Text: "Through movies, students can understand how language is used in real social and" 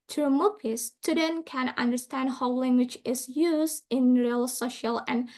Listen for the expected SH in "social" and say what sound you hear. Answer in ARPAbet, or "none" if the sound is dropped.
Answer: SH